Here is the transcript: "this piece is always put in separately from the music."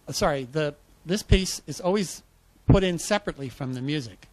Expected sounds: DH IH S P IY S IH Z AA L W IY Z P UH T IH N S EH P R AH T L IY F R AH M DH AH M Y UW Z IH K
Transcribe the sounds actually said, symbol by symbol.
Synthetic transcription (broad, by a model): DH IH S P IY S IH Z AA L W IY Z P UH T IH N S EH P R AH T L IY F R AH M DH AH M Y UW Z IH K